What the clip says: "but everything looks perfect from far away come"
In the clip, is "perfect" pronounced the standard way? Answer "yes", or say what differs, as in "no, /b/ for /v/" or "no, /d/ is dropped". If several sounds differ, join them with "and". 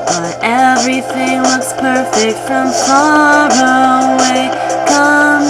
yes